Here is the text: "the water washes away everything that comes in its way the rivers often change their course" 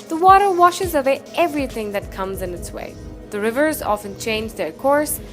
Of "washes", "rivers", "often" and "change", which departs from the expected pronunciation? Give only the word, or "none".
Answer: none